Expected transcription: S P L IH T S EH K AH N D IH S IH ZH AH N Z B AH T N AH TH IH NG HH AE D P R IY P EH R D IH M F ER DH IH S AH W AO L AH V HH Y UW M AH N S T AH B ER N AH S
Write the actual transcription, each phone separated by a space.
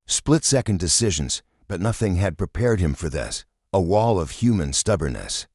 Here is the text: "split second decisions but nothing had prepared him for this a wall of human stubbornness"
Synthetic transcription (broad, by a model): S P L IH T S EH K AH N D IH S IH ZH AH N Z B AH T N AH TH IH NG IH D P R IY P EH R D IH M F ER DH IH S AH W AO L AH V HH Y UW M AH N S T AH B ER N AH S